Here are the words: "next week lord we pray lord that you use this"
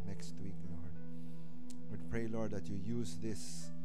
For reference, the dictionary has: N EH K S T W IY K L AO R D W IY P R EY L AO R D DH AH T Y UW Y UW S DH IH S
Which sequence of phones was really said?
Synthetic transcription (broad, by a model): N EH K S T W IY K L AO R D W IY P R EY L AO R D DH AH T Y UW Y UW S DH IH S